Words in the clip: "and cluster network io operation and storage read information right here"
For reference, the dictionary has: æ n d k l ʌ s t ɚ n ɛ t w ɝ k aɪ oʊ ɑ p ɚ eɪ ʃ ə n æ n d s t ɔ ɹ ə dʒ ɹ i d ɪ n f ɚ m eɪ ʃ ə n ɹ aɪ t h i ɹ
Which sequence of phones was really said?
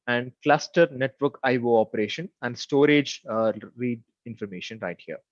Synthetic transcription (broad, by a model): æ n d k l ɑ s t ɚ n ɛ t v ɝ k aɪ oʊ ɑ p ɚ eɪ ʃ ə n æ n d s t ɔ ɹ ə dʒ ɹ i d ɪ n f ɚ m eɪ ʃ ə n ɹ aɪ t h i ɹ